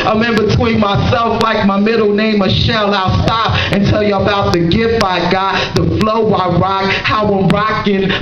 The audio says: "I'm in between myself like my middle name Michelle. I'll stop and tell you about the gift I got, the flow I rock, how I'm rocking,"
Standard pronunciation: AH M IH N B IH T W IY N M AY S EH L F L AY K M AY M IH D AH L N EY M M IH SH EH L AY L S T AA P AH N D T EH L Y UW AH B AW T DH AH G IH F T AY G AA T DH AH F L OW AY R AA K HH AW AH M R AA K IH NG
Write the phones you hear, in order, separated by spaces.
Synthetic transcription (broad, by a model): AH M IH N B IH T W IY N M AY S EH L F L AY K M AY M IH D L N EY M M IH SH EH L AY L S T AA P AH N T EH L Y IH AH B AW T DH AH G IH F AY G AA T DH AH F L OW AY R AA K HH AW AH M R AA K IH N